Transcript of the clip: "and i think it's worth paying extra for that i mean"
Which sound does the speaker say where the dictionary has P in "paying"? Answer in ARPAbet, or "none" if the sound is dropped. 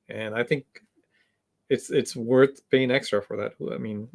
B